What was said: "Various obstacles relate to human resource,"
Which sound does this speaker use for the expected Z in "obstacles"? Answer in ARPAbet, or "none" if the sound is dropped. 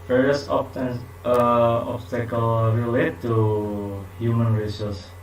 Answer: none